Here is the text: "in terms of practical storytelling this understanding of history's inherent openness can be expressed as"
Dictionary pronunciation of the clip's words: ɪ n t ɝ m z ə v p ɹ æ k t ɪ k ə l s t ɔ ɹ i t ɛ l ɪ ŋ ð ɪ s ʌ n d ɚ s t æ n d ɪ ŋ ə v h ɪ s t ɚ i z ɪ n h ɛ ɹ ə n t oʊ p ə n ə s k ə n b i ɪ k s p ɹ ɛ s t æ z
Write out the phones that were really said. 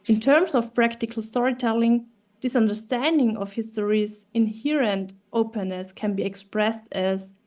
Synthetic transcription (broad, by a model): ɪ n t ɝ m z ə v p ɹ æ k t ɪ k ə l s t ɔ ɹ i t ɛ l ɪ ŋ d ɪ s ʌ n d ɚ s t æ n d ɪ ŋ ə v h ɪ s t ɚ i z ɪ n h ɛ ɹ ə n t oʊ p ə n ə s k ə n b i ɪ k s p ɹ ɛ s t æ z